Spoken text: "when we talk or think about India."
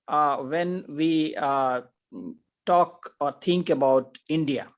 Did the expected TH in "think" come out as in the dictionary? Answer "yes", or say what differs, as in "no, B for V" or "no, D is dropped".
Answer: no, T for TH